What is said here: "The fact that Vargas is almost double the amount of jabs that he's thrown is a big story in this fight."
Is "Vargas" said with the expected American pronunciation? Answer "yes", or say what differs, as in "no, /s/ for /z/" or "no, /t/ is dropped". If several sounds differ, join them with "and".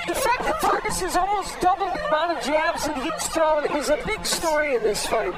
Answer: no, /p/ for /v/